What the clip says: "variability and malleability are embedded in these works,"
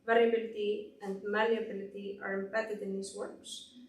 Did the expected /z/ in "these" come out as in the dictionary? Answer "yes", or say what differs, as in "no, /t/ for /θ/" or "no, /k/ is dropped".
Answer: no, /s/ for /z/